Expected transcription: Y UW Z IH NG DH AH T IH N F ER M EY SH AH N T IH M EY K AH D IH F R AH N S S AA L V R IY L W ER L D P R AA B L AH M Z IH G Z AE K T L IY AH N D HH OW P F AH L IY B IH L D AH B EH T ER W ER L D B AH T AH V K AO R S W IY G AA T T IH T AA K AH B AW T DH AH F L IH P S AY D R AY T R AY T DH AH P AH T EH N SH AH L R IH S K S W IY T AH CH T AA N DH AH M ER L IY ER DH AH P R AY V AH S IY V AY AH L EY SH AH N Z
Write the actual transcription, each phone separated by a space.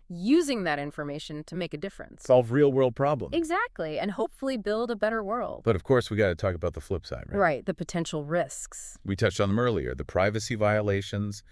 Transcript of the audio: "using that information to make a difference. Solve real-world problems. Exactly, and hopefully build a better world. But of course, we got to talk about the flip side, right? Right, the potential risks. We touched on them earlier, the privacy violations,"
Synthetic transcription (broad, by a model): Y UW Z IH NG DH AH T IH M F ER M EY SH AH N T IH M EY K AH D IH F R AH N S S AA L V R IY L W ER L D P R AA B L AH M IH G Z AE K T L IY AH N HH OW P F L IY B IH L D AH B EH T ER W ER L D B AH T AH V K AO R S W IY G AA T T IH T AA K AH B AW T DH AH F L IH P S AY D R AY R AY T DH AH P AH T EH N SH L R IH S K S W IY T AH CH T N DH AH M ER L IY ER DH AH P R AY V AH S IY V AY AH L EY SH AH N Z